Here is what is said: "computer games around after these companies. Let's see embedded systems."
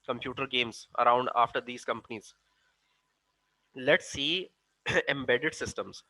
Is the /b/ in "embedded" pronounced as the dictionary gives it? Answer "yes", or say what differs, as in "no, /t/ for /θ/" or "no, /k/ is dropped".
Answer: yes